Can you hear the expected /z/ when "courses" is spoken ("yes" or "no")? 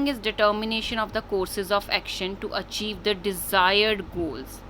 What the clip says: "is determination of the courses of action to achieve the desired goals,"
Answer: yes